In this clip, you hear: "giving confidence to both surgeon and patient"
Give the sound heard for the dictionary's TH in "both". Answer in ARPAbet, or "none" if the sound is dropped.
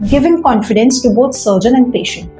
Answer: T